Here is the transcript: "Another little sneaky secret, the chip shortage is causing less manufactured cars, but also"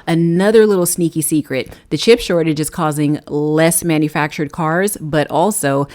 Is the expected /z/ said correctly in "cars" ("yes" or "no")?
yes